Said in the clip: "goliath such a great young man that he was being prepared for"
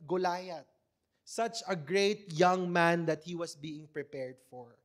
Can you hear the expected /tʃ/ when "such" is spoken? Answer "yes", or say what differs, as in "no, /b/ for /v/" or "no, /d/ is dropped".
yes